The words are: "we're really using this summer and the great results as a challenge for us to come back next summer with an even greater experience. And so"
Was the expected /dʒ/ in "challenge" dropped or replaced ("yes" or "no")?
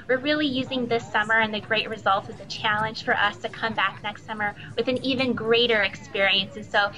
yes